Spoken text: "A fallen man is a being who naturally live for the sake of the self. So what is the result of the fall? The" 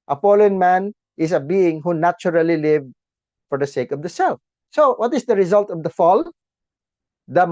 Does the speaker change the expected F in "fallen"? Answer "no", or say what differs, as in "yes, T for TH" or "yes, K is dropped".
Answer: yes, P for F